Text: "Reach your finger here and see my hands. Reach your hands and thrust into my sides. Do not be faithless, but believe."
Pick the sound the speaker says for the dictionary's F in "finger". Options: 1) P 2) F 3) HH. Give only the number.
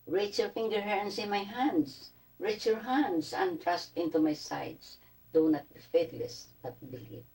2